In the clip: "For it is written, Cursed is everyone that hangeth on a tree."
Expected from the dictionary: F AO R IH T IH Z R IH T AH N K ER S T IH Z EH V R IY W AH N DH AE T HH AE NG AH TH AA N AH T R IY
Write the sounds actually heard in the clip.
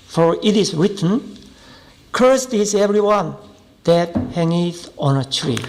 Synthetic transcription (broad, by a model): F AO R IH T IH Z R IH T AH N K ER S T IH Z EH V R IY W AH N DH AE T HH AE NG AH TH AA N AH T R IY